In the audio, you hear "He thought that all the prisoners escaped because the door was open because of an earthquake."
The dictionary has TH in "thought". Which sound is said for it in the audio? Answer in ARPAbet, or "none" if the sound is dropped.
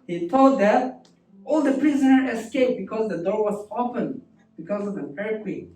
T